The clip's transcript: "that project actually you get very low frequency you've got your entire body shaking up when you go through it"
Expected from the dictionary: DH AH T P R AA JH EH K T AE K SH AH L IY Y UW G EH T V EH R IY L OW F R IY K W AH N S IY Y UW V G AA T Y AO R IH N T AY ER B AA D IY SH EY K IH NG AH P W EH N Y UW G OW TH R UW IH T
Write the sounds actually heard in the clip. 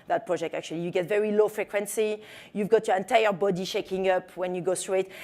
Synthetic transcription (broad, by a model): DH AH T P R AA JH EH K T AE K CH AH L IY Y UW G EH T V EH R IY L OW F R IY K W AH N S IY Y UW V G AA T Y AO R IH N T AY ER B AA D IY SH EY K IH NG AH P W EH N Y UW G OW T R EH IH T